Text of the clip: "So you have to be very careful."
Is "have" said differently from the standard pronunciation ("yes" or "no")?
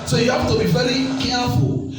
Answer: yes